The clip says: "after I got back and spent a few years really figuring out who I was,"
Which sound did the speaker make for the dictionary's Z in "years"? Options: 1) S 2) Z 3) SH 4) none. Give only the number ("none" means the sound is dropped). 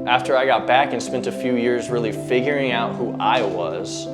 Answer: 2